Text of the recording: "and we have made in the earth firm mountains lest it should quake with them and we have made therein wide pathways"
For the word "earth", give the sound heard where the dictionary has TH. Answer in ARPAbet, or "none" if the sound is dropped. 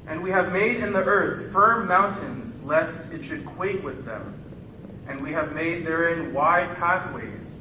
TH